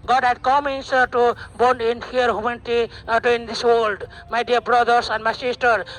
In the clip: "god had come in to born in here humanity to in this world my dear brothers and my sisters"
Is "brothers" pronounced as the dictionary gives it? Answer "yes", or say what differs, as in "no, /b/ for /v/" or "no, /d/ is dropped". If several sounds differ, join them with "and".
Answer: no, /s/ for /z/